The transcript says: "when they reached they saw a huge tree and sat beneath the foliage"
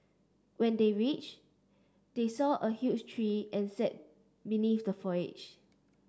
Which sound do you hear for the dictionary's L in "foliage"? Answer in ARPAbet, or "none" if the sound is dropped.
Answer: none